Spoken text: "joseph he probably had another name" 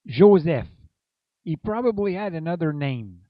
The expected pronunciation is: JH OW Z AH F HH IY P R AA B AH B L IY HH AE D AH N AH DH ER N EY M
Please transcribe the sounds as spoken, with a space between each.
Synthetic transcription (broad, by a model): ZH OW Z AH F HH IY P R AA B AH B L IY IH D AH N AH DH ER N EY M